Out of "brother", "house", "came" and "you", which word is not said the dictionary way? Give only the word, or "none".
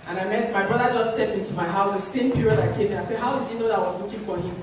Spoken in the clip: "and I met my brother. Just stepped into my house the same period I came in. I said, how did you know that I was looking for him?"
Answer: none